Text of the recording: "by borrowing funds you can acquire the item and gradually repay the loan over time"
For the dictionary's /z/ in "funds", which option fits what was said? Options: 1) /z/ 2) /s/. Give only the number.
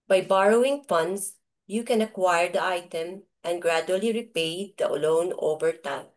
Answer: 2